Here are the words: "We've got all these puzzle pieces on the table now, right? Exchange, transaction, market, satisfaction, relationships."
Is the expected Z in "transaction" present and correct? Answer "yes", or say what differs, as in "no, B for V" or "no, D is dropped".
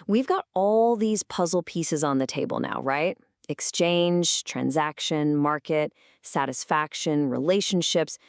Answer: yes